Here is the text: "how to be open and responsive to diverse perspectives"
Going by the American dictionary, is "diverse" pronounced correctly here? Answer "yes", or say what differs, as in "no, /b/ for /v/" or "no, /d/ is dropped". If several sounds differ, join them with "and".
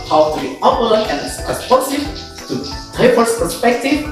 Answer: no, /p/ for /v/